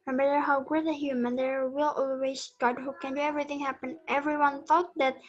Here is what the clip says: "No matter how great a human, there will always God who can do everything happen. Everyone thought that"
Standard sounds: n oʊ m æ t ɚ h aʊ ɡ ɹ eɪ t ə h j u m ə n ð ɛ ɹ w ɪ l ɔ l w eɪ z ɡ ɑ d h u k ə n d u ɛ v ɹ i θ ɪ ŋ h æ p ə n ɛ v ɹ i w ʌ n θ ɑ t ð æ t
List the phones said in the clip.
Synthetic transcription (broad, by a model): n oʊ m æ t ɚ h aʊ ɡ ʊ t ə h j u m ə n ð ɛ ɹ w ɪ l ɔ l w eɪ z ɡ ɑ d h u k ə n d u ɛ v ɹ i θ ɪ ŋ h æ p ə n ɛ v ɹ i w ʌ n θ ɑ t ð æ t